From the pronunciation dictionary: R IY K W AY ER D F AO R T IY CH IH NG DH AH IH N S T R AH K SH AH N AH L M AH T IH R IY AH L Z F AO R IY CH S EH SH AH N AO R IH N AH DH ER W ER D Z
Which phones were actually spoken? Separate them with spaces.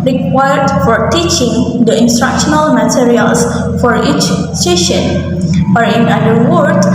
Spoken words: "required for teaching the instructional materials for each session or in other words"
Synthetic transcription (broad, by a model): R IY K W AY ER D F AO R T IY CH IH NG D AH IH N S T R AH K SH AH N AH L M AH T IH R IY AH L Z F AO R IY CH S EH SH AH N AO R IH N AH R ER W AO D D